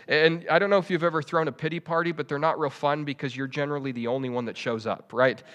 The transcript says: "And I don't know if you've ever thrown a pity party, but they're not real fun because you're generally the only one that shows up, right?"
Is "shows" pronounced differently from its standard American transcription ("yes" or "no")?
no